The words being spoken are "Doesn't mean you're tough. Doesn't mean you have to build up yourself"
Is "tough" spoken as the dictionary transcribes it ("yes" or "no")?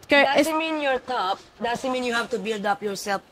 no